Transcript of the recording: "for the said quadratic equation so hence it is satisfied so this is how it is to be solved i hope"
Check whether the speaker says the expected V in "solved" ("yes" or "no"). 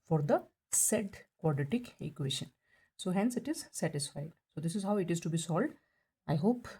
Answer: no